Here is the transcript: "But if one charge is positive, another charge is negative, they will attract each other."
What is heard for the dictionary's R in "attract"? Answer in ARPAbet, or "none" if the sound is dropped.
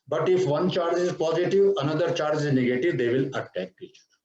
none